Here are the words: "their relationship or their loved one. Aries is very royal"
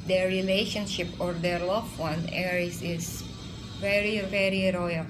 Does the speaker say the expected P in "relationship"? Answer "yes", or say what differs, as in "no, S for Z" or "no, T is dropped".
yes